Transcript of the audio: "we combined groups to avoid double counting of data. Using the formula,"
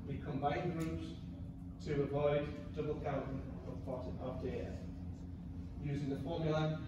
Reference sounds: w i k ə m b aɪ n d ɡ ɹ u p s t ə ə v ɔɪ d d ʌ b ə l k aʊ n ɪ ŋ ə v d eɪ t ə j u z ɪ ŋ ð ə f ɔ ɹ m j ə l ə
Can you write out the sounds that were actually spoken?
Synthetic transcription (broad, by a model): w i k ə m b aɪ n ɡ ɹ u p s t ə ə v ɔɪ d d ʌ b ə l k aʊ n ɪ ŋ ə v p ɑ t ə j u z ɪ ŋ ð ə f ɔ m j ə l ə